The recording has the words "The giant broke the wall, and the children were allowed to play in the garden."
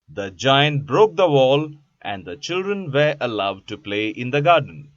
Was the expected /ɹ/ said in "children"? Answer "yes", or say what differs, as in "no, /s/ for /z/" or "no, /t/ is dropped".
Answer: yes